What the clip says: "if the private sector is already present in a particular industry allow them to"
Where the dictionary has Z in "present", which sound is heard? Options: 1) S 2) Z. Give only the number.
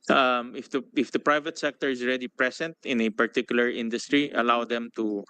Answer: 1